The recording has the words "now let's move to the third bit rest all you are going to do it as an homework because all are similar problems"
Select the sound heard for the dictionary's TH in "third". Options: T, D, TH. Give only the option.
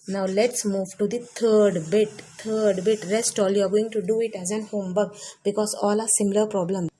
T